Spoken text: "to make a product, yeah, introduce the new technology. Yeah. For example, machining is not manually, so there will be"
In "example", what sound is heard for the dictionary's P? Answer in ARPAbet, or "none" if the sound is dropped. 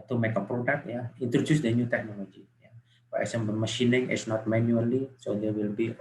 B